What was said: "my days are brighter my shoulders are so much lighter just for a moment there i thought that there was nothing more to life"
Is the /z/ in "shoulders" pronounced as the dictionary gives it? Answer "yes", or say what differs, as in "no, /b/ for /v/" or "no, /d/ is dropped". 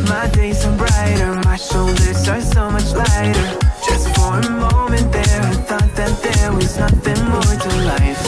no, /s/ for /z/